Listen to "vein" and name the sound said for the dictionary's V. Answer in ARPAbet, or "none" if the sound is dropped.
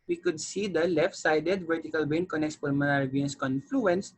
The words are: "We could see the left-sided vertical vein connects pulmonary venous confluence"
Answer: B